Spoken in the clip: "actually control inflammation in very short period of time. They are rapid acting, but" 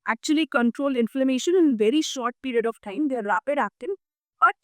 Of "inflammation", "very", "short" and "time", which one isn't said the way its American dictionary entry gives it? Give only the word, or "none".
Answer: none